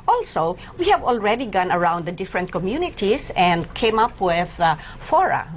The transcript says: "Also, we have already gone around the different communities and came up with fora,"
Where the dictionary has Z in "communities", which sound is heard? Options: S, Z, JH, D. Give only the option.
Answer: S